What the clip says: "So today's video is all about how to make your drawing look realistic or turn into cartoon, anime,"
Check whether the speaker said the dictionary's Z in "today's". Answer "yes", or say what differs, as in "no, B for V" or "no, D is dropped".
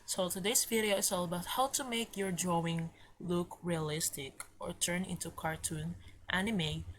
no, S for Z